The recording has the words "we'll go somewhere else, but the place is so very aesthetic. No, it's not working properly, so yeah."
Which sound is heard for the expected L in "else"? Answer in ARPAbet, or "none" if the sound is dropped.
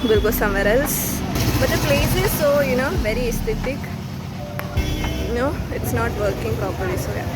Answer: L